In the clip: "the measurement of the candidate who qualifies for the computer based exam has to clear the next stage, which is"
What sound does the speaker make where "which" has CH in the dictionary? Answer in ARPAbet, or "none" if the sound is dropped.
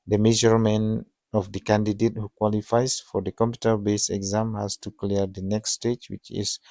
CH